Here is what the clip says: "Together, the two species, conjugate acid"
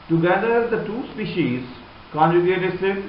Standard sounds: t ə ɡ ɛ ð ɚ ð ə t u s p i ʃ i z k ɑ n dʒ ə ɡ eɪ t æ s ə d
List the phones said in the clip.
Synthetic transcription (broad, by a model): t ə ɡ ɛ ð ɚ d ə t u s p i ʃ i z k ɑ n dʒ ə ɡ eɪ t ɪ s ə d